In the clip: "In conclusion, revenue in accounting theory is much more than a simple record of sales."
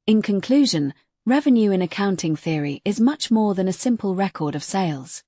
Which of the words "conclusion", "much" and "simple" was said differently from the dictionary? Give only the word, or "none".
none